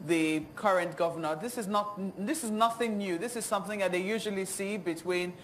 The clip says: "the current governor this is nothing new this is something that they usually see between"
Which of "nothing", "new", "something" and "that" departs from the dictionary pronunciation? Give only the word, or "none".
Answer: none